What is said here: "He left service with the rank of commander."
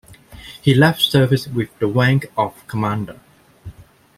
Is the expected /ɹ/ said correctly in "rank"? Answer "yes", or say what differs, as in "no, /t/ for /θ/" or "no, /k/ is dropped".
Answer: no, /w/ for /ɹ/